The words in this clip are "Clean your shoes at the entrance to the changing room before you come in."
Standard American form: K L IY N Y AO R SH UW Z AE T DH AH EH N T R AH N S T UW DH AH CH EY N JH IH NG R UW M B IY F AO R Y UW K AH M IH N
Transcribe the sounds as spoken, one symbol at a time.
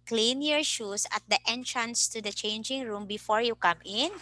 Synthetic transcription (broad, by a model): K L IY N Y AO R SH UW S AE T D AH EH N T R AH N S T UW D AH CH EY N JH IH NG R UW M B IY F AO R Y UW K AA M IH N